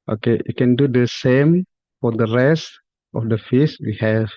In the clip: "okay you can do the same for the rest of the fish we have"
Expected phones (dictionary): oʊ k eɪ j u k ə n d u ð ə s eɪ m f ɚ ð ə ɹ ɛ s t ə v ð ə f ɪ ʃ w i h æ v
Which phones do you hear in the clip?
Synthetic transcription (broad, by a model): oʊ k eɪ j u k ə n d u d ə s eɪ m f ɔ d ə ɹ ɛ s t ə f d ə f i s w i h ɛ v